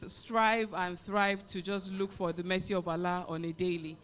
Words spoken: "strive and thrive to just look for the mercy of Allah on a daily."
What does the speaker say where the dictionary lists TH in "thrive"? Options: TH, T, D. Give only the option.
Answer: TH